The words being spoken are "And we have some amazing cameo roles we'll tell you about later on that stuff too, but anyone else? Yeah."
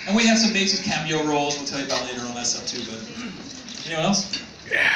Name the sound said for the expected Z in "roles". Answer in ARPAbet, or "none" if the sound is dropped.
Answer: Z